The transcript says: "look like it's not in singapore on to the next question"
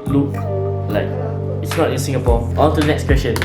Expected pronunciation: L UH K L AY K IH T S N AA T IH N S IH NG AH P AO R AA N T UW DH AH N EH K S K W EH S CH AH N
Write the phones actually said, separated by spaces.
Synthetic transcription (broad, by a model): L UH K L AY K IH T S N AA T IH N S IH NG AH P AO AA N T UW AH N EH K S K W EH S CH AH N